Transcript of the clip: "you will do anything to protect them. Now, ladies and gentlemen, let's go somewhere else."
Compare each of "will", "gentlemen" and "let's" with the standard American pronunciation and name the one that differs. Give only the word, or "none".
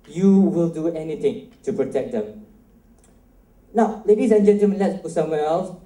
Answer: gentlemen